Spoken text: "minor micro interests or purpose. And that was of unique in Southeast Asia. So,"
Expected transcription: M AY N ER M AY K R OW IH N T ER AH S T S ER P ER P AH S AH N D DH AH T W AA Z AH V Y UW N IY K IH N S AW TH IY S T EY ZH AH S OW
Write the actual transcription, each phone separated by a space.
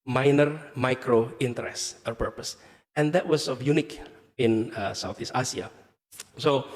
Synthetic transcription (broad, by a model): M AY N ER M AY K R OW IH N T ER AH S S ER P ER P AH S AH N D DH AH T W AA S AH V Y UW N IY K IH N S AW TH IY S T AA S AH S OW